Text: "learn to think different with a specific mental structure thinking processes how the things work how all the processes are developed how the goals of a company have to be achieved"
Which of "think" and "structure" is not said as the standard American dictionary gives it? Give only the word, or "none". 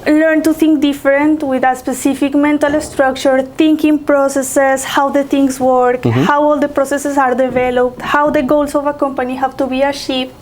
think